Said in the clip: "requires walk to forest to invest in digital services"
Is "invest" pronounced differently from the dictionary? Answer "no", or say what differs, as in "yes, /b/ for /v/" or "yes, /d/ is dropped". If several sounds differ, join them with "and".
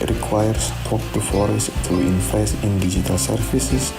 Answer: yes, /f/ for /v/ and /t/ is dropped